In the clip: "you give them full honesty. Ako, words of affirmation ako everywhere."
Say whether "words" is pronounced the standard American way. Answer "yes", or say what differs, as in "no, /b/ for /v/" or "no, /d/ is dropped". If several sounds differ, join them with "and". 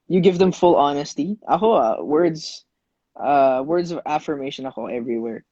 yes